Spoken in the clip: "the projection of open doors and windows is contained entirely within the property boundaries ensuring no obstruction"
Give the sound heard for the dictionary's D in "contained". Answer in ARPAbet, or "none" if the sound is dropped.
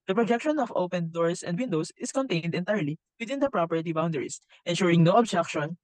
D